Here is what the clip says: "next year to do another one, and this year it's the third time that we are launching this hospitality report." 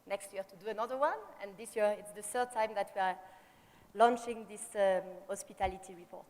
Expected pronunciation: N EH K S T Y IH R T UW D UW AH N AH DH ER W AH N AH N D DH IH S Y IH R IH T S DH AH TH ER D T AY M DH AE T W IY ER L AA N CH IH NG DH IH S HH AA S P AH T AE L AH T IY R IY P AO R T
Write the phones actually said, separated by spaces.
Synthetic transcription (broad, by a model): N EH K S T Y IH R T UW D UW AH N AH DH ER W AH N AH N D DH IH S Y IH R IH T S DH AH TH ER D T AY M DH AE T W IY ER L AA N CH IH NG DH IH S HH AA S P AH T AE L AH T IY R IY P AO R T